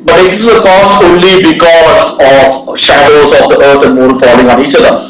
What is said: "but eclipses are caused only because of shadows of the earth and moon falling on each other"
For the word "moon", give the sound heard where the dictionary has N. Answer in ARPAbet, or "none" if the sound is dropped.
L